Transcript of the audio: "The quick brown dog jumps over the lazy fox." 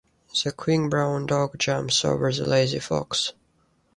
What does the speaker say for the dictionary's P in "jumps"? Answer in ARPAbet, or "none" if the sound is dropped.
none